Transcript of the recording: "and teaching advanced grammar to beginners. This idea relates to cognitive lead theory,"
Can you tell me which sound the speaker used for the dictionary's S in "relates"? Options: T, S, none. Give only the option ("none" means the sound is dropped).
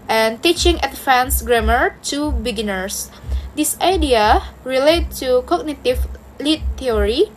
none